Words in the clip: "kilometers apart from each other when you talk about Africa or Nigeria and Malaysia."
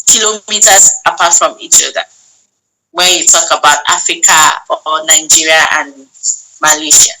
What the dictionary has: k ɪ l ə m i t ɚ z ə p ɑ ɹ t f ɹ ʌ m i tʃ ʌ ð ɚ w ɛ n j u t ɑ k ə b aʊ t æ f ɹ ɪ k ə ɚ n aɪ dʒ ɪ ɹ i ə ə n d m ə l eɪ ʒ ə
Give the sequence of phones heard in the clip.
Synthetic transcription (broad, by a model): k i l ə m i t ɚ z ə p ɑ t f ɹ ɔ m i tʃ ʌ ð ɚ w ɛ j u t ɑ k ə b aʊ t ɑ f ɹ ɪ k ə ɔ n aɪ dʒ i ɹ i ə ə n m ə l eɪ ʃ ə